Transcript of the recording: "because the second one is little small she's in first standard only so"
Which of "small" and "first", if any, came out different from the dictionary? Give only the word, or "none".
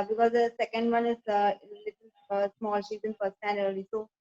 first